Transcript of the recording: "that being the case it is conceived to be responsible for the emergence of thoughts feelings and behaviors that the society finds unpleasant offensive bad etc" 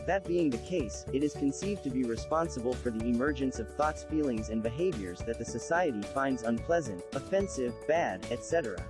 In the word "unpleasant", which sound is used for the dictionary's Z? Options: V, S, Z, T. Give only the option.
Z